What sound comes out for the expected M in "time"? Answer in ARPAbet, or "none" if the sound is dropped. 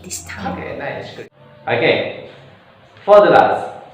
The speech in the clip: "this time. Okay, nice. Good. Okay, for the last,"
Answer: none